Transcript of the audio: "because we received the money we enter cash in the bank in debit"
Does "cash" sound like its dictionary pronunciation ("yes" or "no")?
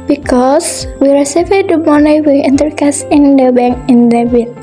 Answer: no